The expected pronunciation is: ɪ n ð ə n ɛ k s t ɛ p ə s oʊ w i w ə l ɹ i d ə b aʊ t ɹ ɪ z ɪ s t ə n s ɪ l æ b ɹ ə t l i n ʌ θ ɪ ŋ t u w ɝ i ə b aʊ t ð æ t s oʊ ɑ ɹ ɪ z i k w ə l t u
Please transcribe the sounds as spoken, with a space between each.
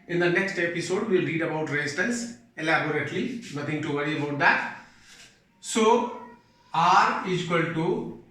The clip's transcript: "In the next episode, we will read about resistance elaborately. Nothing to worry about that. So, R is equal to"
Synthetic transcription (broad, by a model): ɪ n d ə n ɛ k s t ɛ p ə s oʊ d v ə l ɹ i d ə b aʊ t ɹ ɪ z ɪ s t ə n s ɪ l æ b ɹ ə t l i n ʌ t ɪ ŋ t u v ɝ i ə b aʊ t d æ t s oʊ ɑ ɹ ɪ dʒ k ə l t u